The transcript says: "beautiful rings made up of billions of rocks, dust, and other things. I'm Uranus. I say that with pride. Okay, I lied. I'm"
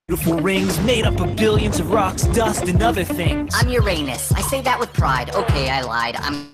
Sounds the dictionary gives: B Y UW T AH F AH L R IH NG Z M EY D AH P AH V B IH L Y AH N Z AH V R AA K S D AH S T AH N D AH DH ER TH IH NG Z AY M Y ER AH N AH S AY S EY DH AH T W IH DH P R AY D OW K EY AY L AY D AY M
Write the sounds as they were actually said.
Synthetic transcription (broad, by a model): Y T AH F L R IH NG Z M EY D AH P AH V B IH L Y AH N Z AH V R AA K S D AH S T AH N AH DH ER TH IH NG AY M Y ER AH N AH S AY S EY DH AH T W IH DH P R AY D OW K EY AY L AY D AY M